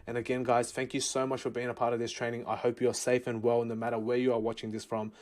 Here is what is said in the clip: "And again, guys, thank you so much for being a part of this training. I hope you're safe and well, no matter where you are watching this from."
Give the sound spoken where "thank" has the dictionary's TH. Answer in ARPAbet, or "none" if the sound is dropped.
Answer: TH